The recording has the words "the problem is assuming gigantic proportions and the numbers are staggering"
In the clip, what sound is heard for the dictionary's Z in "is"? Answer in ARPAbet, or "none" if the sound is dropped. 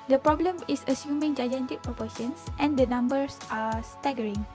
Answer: S